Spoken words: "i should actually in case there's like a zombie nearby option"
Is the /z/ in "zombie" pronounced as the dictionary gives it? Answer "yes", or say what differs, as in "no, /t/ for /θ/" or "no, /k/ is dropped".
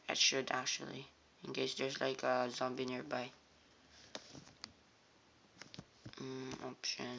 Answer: yes